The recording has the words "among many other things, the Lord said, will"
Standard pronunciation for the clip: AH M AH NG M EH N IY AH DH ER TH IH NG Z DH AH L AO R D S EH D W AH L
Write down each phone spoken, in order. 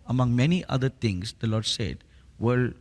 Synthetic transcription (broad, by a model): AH M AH NG M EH N IY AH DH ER T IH NG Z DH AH L AO R D S EH D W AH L